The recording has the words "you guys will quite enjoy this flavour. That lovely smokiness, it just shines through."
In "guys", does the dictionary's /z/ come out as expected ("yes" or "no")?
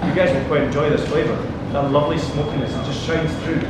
yes